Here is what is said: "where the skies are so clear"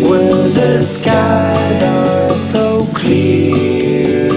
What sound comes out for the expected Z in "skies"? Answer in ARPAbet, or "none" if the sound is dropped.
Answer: Z